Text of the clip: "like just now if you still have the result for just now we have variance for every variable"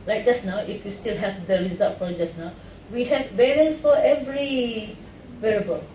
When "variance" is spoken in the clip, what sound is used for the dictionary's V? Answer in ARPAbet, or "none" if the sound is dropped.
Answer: B